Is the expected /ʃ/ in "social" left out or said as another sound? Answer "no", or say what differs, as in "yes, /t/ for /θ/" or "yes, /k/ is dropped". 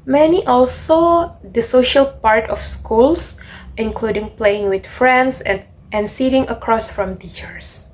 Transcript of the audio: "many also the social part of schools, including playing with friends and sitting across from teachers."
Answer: no